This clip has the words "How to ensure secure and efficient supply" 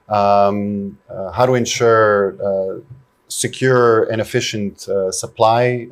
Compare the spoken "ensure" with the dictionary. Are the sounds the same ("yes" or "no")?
yes